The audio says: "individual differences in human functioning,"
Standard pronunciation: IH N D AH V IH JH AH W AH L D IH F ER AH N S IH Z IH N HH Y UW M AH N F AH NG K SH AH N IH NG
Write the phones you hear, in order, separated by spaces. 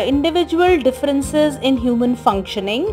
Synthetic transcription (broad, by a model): IH N D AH V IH JH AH AH L D IH F ER AH N S IH Z IH N HH Y UW M AH N F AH NG K SH AH N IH NG